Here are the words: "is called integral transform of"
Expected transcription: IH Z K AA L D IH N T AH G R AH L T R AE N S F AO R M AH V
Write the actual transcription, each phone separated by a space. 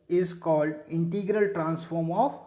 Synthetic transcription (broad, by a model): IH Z K AA L D IH N T AH G R AH L T R AE N S F AO R M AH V